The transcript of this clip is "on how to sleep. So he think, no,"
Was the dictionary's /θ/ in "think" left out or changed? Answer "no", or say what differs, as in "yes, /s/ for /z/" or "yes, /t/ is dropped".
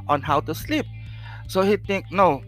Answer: yes, /t/ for /θ/